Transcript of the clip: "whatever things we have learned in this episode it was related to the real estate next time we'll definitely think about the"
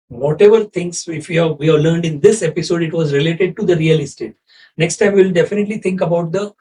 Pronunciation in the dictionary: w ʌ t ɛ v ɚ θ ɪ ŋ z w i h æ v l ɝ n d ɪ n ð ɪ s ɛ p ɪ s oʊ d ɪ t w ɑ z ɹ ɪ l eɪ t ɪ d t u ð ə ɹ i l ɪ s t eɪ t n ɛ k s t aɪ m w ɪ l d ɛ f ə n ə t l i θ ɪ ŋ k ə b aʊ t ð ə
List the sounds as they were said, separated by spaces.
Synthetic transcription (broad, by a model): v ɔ t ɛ v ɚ t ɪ ŋ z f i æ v l ɝ n d ɪ n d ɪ s ɛ p ɪ s oʊ d ɪ t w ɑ z ɹ ɪ l eɪ t ɪ d t u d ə ɹ i l ɪ s t eɪ t n ɛ k s t aɪ m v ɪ l d ɛ f ə n ə t l i t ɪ ŋ k ə b aʊ t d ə